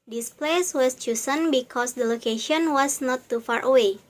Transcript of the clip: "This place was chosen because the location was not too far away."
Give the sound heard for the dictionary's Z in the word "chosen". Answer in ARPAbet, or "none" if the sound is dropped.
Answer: S